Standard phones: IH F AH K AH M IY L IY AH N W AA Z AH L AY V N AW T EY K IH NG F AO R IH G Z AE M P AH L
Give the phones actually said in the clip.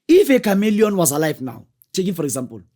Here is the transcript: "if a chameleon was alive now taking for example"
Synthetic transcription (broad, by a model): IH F AH K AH M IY L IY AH N W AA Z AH L AY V N AW T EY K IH F AO R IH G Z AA M P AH L